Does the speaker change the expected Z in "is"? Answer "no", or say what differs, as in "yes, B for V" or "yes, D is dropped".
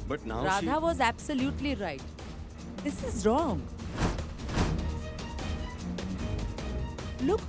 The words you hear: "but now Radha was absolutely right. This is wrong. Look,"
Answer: no